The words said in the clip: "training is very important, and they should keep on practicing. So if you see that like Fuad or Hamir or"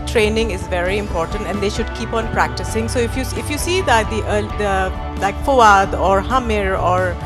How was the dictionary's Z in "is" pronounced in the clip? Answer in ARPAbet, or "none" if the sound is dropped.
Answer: Z